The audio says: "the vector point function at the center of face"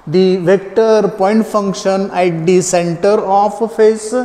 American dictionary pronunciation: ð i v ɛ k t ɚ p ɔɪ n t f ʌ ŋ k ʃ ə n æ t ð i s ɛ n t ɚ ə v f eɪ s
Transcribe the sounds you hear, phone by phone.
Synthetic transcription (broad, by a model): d i v ɛ k t ɚ p ɔɪ n t f ʌ ŋ k ʃ ə n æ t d i s ɛ n t ɚ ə f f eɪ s